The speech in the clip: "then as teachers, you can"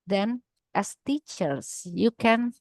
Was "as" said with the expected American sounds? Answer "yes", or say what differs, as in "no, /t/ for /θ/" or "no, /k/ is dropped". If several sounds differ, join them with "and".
no, /s/ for /z/